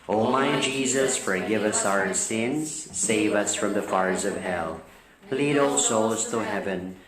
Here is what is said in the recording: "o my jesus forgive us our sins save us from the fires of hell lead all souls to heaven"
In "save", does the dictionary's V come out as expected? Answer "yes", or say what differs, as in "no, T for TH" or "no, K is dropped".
yes